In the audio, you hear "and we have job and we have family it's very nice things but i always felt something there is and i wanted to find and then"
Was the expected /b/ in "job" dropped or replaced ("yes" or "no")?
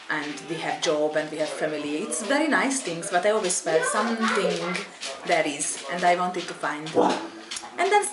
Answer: no